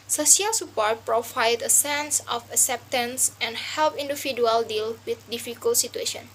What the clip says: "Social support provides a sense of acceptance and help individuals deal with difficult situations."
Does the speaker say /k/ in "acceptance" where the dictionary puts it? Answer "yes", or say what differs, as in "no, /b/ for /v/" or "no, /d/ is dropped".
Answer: yes